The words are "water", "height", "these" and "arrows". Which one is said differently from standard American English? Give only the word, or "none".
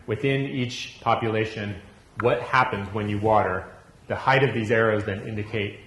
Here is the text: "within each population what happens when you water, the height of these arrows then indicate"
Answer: none